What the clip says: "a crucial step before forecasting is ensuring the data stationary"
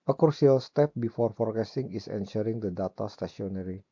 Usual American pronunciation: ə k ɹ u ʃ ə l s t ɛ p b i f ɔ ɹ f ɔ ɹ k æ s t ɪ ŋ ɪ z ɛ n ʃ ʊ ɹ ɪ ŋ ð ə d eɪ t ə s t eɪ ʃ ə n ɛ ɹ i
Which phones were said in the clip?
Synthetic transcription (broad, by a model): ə k ɹ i ə l s t ɛ p b i f ɔ ɹ f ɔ ɹ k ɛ s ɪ ŋ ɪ s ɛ n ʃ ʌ ɹ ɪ ŋ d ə d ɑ t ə s t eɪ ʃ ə n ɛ ɹ i